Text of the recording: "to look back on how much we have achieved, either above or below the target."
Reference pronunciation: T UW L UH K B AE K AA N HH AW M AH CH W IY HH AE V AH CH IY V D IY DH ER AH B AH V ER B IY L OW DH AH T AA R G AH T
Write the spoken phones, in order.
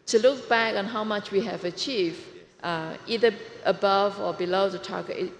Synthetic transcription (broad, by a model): T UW L UH K B AE K AA N HH AW M AH CH W IY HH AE V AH CH IY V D IY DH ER AH B AH V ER B IY L OW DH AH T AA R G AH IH